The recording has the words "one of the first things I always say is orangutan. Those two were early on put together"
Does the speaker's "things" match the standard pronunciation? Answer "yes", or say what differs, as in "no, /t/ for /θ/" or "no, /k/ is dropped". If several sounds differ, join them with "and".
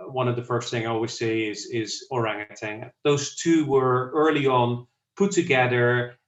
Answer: no, /z/ is dropped